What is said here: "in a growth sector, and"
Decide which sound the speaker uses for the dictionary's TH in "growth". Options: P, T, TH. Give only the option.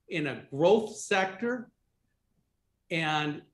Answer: TH